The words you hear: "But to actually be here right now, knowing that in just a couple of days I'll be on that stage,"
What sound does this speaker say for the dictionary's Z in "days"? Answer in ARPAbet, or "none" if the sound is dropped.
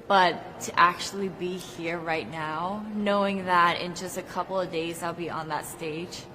Z